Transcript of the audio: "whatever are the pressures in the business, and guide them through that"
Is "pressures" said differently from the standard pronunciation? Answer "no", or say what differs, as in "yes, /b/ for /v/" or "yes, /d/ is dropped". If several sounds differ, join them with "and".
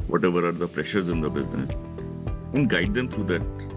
no